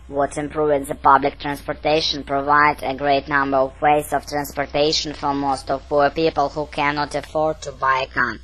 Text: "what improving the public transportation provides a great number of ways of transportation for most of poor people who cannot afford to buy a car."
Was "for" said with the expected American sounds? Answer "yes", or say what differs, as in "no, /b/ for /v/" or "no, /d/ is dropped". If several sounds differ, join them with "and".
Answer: yes